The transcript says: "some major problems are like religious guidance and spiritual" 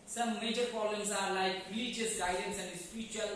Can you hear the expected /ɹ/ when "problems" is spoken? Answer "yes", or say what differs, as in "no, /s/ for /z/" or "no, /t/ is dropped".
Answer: no, /ɹ/ is dropped